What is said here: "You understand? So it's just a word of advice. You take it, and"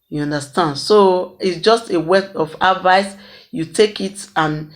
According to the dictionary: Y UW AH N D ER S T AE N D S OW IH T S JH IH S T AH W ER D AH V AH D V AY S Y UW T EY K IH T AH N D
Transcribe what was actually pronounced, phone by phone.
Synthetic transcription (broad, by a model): Y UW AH N D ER S T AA N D S OW IH T S JH IH S T AH W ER AH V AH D V AY S Y UW T EY K IH T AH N